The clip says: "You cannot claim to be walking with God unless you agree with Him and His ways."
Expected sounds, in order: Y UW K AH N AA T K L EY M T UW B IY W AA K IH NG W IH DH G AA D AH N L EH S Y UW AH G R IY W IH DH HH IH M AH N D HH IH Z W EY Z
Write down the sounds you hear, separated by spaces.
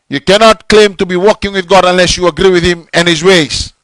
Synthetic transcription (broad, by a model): Y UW K AH N AA T K L EY M T UW B IY W AA K IH NG W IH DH G AA D AH N L EH S Y UW AH G R IY W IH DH HH IH M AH N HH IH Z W EY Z